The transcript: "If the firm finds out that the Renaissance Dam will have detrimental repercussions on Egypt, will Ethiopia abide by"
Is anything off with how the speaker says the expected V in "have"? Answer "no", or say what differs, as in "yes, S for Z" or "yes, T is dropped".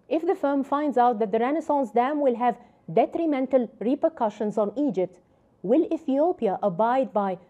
no